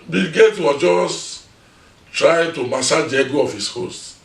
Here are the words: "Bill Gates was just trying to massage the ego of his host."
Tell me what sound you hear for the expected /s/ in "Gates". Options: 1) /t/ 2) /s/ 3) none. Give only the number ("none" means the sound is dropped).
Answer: 3